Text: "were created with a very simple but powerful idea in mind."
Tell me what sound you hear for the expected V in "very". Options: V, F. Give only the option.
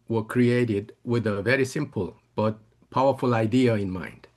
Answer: V